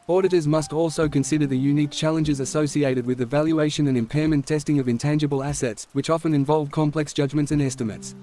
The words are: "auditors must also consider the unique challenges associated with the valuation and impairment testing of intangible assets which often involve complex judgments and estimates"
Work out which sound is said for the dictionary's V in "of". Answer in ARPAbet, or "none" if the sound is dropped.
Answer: V